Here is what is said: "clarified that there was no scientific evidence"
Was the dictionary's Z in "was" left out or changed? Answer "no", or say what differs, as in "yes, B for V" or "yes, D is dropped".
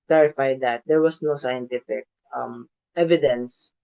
yes, S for Z